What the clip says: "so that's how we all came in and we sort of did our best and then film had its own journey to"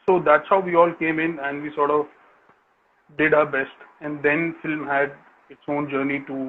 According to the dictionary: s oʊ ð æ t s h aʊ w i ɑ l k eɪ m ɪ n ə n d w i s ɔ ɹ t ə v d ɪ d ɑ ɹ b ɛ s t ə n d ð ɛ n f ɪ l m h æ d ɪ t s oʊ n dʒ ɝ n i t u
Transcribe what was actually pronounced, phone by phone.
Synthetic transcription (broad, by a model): s oʊ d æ t s h aʊ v i ɑ l k eɪ m ɪ n ə n d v i s ɔ ɹ t ə v d ɪ d ɑ ɹ b ɛ s t ə n d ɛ n f ɪ l m h æ d ɪ t s oʊ n dʒ ɝ n i t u